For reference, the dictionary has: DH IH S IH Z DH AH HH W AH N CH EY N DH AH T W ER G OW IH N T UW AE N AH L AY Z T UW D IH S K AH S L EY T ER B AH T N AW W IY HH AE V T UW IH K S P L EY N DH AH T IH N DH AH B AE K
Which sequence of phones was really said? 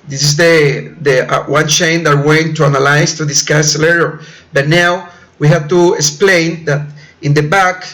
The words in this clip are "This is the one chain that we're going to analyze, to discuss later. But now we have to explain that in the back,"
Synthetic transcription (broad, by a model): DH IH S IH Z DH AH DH W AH N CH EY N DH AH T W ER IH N T UW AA N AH L AY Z T UW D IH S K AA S L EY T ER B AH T N AW W IY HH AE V T UW IH K S P L EY N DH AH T IH N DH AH B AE K